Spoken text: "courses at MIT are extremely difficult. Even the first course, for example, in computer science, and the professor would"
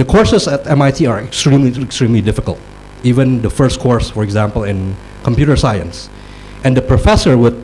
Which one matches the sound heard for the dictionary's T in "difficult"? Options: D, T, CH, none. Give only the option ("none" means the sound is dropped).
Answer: T